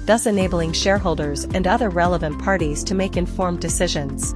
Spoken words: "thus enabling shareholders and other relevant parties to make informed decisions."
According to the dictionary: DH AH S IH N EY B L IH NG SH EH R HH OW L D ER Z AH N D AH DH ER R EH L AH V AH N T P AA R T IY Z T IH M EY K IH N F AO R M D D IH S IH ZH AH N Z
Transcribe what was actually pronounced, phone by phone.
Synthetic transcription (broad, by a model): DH AH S IH N EY B L IH NG SH EH R HH OW L D ER Z AH N D AH DH ER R EH L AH V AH N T P AA R T IY Z T IH M EY K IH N F AO R M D D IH S IH ZH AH N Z